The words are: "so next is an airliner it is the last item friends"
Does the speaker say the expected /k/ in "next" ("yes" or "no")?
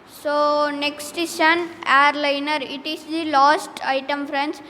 yes